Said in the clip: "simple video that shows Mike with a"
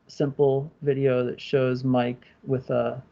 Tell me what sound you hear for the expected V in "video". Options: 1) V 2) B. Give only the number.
1